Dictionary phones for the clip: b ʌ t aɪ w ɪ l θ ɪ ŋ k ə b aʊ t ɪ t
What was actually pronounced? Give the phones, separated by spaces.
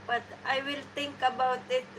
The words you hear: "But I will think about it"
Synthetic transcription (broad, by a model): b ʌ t aɪ w ɪ l t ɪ ŋ k ə b aʊ t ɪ t